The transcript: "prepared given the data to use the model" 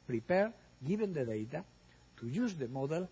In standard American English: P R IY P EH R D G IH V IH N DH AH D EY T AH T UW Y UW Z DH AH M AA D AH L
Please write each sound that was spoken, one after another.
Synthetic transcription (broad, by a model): P R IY P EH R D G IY B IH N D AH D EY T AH T UW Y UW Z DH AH M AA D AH L